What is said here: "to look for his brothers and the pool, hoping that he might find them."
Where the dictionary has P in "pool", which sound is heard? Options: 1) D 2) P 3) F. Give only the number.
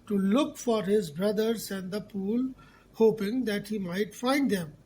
2